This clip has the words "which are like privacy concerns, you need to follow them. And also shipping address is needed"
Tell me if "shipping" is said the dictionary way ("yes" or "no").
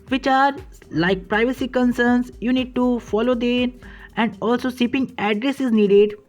no